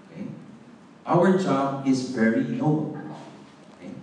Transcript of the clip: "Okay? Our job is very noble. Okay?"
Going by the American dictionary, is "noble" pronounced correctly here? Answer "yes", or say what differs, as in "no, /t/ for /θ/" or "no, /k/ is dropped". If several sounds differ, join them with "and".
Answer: no, /b/ is dropped